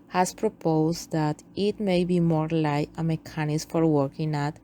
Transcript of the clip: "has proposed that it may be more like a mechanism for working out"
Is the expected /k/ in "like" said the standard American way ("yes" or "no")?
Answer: no